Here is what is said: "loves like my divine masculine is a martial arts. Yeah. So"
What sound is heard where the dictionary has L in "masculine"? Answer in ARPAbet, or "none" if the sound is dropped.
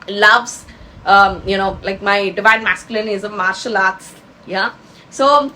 L